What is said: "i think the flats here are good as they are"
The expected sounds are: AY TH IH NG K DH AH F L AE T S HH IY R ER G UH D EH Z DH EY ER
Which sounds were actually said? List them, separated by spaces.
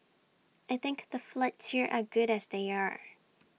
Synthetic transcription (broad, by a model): AY TH IH NG K DH AH F L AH T S HH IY R ER G UH D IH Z DH EY ER